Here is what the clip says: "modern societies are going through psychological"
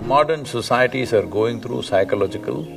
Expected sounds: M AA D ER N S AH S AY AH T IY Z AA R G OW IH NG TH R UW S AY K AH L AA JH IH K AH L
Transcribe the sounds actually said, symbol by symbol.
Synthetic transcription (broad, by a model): M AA D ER N S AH S AY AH T IY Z AA R G OW IH NG T R UW S AY K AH L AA JH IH K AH L